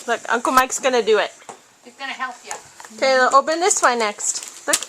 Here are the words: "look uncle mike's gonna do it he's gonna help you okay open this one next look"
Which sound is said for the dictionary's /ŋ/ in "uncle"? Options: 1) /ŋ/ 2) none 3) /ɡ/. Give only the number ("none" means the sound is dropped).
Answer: 1